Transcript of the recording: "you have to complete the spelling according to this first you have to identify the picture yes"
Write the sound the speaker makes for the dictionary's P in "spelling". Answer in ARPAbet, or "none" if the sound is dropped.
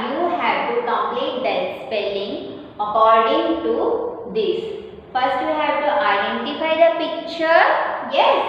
P